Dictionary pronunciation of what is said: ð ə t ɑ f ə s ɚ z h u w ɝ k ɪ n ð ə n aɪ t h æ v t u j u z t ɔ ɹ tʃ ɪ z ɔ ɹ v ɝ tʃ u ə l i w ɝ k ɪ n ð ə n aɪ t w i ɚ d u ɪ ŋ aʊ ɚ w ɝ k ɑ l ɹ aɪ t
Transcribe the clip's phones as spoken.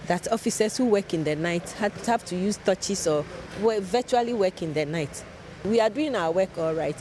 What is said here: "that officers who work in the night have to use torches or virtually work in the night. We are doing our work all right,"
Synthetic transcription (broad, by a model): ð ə t ɑ f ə s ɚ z h u w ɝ k ɪ n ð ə n aɪ t h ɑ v t u j u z t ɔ tʃ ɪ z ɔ w v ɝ tʃ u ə l i w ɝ k ɪ n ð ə n aɪ t w i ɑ d u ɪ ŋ aʊ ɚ w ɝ k ɑ l ɹ aɪ t